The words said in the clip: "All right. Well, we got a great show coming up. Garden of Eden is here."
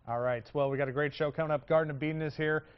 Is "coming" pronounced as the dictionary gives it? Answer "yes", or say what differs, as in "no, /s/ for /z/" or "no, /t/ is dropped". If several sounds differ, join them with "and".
no, /m/ is dropped